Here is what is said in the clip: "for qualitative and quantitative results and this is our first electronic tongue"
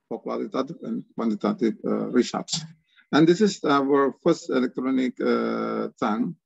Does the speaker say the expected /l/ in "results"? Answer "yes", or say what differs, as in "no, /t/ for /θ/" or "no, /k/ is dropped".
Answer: no, /l/ is dropped